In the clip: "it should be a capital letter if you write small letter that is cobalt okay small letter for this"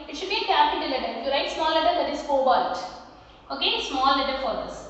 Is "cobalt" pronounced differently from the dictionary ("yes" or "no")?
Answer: yes